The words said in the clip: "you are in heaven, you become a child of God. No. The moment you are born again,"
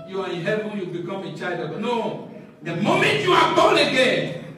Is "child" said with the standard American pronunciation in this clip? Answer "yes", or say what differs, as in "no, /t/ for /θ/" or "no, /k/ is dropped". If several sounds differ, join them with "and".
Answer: no, /l/ is dropped